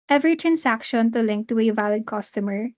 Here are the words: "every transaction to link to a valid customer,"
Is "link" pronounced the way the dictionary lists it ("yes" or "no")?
yes